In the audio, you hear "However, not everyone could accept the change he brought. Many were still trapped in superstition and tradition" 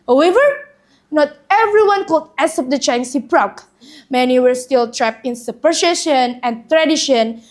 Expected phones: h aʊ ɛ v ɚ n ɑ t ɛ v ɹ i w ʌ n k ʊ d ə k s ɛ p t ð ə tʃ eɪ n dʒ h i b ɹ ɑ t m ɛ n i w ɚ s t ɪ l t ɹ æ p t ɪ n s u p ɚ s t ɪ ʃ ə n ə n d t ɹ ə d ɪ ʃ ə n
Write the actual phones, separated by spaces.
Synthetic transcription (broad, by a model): h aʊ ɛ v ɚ n ɑ t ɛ v ɹ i w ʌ n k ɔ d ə s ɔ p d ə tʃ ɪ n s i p ɹ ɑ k m ɛ n i w ɚ s t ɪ l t ɹ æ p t ɪ n s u p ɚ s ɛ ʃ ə n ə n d t ɹ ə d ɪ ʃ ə n